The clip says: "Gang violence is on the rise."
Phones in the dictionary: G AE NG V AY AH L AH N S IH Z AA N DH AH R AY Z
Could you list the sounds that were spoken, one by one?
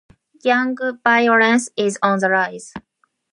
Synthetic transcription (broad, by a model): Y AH NG B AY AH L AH N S IH Z AA N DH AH R AY Z